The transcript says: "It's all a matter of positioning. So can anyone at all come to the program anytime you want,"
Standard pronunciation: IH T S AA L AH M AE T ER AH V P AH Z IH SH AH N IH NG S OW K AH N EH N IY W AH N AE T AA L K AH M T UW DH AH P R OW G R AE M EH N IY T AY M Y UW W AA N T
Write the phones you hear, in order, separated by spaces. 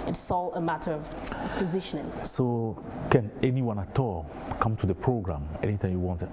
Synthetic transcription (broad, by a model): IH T S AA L AH M AE T ER AH V P AH Z IH SH AH N IH NG S OW K AH N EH N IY W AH N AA T AA L K AH M T UW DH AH P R OW G R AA M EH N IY T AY M Y UW W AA N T